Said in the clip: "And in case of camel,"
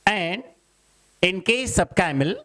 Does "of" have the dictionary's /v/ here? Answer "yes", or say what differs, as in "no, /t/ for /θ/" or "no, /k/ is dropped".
no, /b/ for /v/